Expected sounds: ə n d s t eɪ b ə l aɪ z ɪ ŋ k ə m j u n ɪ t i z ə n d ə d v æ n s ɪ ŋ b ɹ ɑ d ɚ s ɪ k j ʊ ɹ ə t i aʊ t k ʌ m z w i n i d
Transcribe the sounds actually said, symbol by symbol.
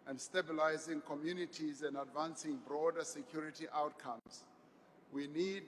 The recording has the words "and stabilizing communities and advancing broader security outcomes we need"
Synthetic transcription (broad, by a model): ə n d s t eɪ b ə l aɪ z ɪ ŋ k ə m j u n ɪ t i z ə n d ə d v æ n s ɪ ŋ b ɹ ɑ d ɚ s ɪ k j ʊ ɹ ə t i aʊ t k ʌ m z w i n i d